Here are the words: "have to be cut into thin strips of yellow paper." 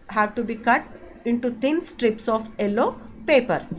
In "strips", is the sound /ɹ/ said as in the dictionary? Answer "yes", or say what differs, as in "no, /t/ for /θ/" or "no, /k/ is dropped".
yes